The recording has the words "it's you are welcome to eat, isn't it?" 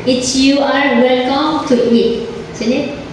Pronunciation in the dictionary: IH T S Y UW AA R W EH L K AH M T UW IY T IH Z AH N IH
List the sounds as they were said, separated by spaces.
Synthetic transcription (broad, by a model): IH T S Y UW AA R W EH L K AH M T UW IY T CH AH L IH